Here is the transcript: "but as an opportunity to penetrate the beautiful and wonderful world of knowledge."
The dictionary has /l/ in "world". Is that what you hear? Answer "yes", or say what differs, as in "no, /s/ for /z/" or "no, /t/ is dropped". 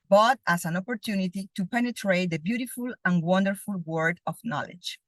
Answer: no, /l/ is dropped